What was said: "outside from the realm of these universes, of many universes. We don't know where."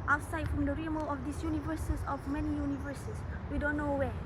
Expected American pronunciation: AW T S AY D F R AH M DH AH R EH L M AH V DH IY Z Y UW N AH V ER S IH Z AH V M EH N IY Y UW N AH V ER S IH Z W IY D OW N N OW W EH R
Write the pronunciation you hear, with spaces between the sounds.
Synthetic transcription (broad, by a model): AW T S AY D F R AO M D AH R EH M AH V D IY S Y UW N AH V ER S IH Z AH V M EH N IY Y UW N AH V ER S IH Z W IY D OW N N OW W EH